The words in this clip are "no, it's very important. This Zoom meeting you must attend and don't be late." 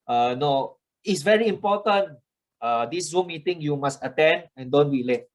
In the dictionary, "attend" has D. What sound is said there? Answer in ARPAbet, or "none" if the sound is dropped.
D